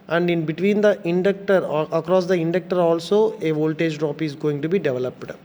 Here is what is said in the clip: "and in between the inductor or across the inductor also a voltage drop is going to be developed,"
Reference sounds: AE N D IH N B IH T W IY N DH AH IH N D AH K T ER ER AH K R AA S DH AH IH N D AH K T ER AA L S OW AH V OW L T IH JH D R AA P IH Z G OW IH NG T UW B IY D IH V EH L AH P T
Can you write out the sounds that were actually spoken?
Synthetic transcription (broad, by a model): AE N D IH N B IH T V IY N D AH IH N D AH K T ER ER AH K R AA S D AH IH N D AH K T ER AA L S OW AH V OW L T IH JH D R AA P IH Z G OW IH NG T UW B IY D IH V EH L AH P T